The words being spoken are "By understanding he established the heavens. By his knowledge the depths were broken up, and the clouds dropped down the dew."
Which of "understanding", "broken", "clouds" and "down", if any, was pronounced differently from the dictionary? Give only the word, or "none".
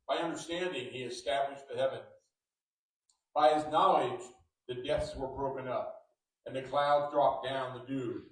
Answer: none